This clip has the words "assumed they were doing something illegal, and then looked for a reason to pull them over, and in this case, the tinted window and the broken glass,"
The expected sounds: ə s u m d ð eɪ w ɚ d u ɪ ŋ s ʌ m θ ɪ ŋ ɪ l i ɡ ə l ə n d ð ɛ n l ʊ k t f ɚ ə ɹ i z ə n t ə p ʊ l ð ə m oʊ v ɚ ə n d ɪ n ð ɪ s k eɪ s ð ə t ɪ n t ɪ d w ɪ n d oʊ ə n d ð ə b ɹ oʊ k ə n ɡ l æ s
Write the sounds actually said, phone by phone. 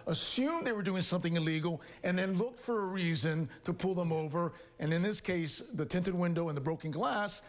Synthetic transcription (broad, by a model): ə s u m ð eɪ w ɚ d u ɪ ŋ s ʌ m θ ɪ ŋ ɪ l i ɡ l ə n ð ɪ n l ʊ k t f ɚ ə ɹ i z ə n t ə p ʊ l ð ə m oʊ v ɚ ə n ɪ n ð ɪ s k eɪ s ð ə t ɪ n t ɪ d w ɪ n d oʊ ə n ð ə b ɹ oʊ k ə n ɡ l æ s